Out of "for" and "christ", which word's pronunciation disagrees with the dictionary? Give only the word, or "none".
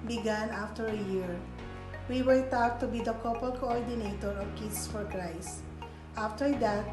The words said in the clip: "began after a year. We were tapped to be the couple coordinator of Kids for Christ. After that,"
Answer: christ